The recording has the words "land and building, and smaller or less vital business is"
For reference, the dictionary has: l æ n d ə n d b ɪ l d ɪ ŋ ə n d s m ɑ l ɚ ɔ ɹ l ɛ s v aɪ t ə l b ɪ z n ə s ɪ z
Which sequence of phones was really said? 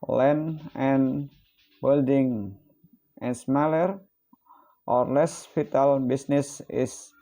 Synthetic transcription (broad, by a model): l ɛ n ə n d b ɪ l d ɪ ŋ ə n s m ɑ l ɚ ɔ ɹ l ɛ s f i t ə l b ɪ s n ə s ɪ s